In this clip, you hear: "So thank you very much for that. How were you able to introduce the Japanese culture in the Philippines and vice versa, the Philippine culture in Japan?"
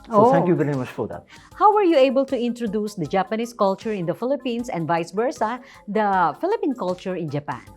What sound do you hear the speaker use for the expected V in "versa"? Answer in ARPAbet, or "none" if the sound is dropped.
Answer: B